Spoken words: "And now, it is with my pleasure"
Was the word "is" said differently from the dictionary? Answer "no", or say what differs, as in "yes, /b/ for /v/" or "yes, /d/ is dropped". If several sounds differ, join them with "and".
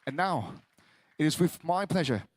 no